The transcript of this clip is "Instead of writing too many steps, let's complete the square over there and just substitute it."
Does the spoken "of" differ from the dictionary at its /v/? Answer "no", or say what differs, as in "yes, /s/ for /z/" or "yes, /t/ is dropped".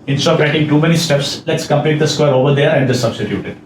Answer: yes, /p/ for /v/